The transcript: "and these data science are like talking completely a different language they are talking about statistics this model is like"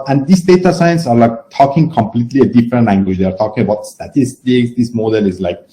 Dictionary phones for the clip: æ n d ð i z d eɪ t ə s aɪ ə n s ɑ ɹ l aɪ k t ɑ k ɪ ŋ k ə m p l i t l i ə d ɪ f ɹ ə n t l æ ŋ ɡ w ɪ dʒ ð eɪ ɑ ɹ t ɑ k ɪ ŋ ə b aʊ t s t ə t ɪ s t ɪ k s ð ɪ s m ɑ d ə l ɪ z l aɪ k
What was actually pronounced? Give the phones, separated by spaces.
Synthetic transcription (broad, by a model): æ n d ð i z d eɪ t ə s aɪ ə n s ɑ ɹ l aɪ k t ɑ k ɪ ŋ k ə m p l i t l i ə d ɪ f ɹ ə n t l æ ŋ ɡ w ɪ dʒ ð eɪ ɑ ɹ t ɑ k ɪ ŋ ə b aʊ t s t ə t ɪ s t ɪ k s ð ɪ s m ɑ d ə l ɪ z l aɪ k